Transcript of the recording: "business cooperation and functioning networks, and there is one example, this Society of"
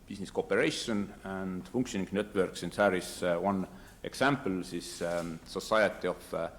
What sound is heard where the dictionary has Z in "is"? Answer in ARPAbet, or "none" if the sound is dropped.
S